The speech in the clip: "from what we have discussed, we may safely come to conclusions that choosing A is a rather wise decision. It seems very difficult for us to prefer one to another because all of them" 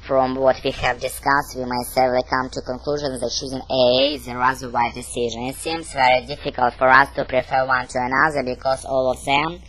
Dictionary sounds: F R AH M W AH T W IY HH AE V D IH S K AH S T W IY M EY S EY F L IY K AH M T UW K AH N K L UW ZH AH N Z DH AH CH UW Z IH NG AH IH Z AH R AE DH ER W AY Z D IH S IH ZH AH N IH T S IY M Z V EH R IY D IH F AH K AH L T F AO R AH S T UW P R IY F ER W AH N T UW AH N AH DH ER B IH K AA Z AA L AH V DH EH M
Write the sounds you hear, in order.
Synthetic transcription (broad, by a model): F R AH M W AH T W IY HH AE V D IH S K AH S T W IY M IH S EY L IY K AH M T UW K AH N K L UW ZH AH N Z DH AH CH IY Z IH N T IH Z AH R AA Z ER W AY D IH S IH ZH AH N IH T S IY M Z V EH R IY D IH F AH K AH L T F AO R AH S T UW P R IY F ER W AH N T UW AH N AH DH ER B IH K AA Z AA L AH V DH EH M